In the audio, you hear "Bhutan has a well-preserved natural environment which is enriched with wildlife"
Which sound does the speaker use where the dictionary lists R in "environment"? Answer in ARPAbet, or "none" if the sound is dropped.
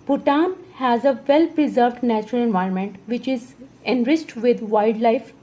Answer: R